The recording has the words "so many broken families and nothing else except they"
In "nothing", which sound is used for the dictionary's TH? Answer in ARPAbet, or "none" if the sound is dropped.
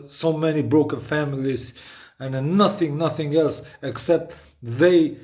TH